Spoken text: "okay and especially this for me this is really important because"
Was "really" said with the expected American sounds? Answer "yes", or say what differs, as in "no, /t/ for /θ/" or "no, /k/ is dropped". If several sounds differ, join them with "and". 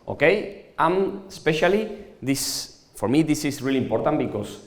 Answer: yes